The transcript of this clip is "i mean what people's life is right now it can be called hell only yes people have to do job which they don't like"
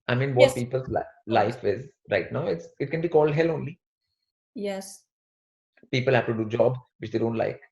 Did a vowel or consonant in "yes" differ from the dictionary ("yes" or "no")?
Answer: no